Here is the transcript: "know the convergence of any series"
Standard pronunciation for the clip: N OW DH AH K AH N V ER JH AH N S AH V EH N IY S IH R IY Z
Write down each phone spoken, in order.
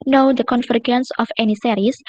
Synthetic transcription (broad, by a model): N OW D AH K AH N F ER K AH N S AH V EH N IY S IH R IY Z